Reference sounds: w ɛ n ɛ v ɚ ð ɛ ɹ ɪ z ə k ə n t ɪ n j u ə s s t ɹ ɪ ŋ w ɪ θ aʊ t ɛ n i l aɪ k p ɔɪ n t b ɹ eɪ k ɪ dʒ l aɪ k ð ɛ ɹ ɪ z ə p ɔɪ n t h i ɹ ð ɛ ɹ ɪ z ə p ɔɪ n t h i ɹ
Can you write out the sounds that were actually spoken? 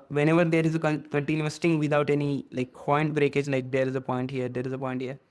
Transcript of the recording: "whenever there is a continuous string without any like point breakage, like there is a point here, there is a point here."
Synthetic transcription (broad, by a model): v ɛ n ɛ v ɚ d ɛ ɹ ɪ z ə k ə n t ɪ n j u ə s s t ɪ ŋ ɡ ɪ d aʊ t ɛ n i l aɪ k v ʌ n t b ɹ eɪ k ɪ dʒ l aɪ k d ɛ ɹ ɪ z ə p ɔɪ n t h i ɹ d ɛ ɹ ɪ z ə p ɔɪ n t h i ɹ